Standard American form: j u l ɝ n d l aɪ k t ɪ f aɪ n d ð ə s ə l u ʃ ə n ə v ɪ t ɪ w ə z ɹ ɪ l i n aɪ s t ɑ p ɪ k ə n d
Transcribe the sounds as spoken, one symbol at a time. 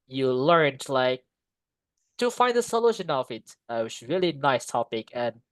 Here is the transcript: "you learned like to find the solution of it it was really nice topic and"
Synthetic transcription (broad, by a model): j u l ɝ n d l aɪ k t ɪ f aɪ n d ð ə s ə l u ʃ ə n ə v ɪ t ɪ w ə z ɹ ɪ l i n aɪ s t ɑ p ɪ k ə n